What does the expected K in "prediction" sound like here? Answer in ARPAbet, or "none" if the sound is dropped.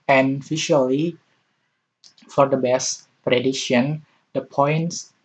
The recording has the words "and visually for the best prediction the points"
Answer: none